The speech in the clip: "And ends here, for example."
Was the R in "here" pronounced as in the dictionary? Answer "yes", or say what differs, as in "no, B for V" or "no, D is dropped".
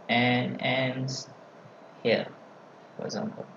no, L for R